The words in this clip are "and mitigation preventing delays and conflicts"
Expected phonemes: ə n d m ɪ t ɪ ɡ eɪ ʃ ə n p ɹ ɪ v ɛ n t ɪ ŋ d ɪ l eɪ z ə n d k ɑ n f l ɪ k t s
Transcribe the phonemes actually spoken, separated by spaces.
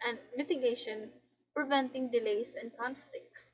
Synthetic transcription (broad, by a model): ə n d m ɪ t ɪ ɡ eɪ ʃ ə n p ɹ ɪ v ɛ n t ɪ ŋ d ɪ l eɪ s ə n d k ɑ n f l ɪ k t s